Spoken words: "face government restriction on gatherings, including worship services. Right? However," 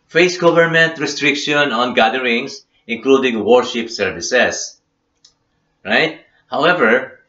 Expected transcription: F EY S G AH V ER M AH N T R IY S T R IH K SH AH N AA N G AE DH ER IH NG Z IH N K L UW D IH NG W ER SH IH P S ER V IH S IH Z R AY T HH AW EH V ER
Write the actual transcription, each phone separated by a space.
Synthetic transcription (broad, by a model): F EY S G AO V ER M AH N T R IY S T R IH K SH AH N AA N G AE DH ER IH NG S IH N K L UW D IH NG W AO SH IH P S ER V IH S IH S R AY T HH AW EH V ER